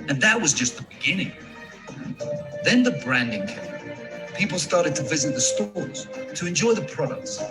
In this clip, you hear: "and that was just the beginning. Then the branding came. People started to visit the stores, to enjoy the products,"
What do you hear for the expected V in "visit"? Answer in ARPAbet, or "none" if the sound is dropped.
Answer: V